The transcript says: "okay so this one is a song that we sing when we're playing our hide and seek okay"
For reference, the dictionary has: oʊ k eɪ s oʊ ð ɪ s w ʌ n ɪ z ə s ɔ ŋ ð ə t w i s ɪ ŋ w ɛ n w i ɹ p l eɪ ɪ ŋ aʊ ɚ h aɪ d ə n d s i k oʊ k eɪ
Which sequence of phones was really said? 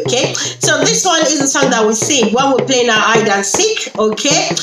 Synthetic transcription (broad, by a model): k eɪ s oʊ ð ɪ s w ʌ n ɪ z ə s ɔ ŋ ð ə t w i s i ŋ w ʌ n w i l p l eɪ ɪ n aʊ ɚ aɪ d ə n s i k oʊ k eɪ